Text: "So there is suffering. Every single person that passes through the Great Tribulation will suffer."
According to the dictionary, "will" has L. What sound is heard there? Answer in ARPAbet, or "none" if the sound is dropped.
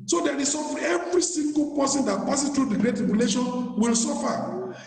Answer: L